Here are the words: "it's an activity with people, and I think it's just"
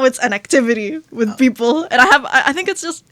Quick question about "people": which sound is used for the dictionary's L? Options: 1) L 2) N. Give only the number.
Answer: 2